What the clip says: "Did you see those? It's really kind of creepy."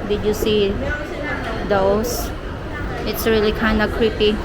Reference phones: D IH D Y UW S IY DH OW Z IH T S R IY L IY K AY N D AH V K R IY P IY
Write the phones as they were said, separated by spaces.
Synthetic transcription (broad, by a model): D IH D Y UW S IY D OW S IH T S R IY L IY K AY N D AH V K R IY P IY